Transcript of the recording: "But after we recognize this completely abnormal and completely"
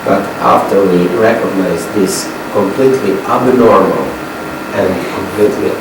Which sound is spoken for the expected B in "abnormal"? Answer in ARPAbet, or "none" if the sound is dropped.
B